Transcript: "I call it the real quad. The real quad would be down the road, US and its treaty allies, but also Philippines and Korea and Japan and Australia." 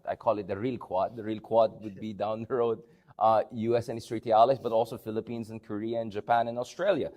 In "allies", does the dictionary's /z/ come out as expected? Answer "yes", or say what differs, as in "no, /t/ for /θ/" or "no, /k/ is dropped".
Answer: no, /s/ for /z/